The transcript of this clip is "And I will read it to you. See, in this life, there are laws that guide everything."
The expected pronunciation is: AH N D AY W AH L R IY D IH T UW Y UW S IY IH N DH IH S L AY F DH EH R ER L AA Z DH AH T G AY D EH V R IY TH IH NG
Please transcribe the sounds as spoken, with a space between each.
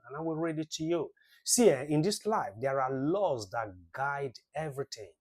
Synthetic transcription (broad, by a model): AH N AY W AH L R IY D IH T UW Y UW S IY IH N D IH S L AY F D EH R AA L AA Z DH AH T G AY D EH V R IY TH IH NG